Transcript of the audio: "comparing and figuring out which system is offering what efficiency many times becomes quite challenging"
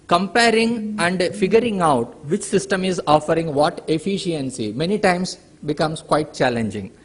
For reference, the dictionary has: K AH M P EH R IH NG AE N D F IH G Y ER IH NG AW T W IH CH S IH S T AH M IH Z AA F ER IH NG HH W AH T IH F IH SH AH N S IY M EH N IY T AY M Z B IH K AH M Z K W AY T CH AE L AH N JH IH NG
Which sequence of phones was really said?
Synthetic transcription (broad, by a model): K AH M P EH R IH NG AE N D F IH G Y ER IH NG AW T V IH CH S IH S T AH M IH Z AA F ER IH NG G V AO T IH F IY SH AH N S IY M EH N IY T AY M S B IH K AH M S K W AY T CH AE L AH N JH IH NG